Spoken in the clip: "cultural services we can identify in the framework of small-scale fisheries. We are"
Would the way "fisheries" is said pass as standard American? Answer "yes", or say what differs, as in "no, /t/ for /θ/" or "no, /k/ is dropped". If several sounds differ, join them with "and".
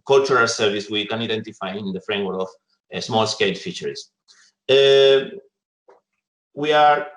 no, /z/ is dropped